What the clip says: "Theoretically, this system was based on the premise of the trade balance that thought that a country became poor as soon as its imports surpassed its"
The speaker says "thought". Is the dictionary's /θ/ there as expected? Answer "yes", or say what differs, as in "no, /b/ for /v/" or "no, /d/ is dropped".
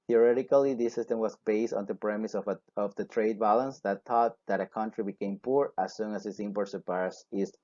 no, /t/ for /θ/